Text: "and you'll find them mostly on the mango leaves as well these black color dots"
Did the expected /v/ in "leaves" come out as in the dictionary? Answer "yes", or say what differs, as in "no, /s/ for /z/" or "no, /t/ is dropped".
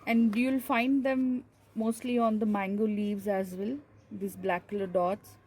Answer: yes